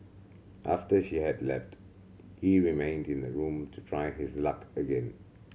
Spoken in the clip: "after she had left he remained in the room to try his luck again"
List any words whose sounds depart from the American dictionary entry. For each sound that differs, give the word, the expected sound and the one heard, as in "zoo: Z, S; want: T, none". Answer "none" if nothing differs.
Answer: none